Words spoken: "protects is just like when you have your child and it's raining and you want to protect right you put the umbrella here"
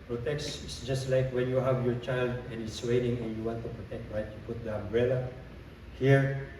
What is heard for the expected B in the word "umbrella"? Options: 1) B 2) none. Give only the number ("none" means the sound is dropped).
1